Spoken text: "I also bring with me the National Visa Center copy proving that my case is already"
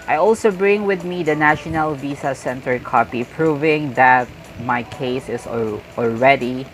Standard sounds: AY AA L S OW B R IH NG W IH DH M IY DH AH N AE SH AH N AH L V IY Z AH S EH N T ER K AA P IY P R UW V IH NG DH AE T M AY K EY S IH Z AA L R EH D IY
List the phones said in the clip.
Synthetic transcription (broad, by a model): AY AA L S OW B R IH NG W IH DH M IY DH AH N AE SH AH N AH L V IY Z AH S EH N T ER K AA P IY P R UW V IH NG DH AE T M AY K EY S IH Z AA L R EH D IY